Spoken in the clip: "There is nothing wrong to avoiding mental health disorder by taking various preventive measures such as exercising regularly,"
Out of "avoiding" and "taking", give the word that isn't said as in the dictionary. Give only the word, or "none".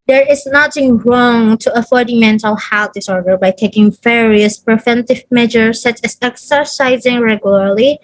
avoiding